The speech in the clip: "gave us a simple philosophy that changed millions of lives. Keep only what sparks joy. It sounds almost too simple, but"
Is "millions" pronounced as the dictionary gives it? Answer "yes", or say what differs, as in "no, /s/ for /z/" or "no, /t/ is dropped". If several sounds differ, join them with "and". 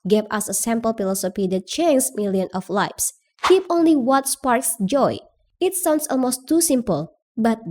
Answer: no, /z/ is dropped